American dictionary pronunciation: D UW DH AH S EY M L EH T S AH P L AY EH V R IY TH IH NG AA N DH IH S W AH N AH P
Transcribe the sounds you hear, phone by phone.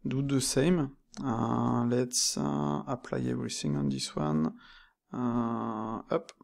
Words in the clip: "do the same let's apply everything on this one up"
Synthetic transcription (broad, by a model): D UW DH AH S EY M L EH T S AH P L AY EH V R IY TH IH NG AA N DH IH S W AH N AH P